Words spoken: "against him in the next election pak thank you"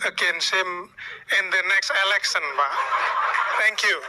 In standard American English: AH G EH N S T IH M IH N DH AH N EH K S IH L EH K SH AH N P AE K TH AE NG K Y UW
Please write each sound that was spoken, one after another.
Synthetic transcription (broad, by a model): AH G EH N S IH M IH N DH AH N EH K S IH L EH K S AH N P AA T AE NG K Y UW